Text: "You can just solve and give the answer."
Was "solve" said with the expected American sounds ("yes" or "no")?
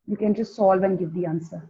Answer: yes